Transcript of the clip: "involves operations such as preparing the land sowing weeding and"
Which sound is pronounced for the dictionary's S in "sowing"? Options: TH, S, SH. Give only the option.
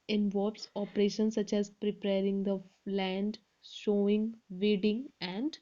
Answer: SH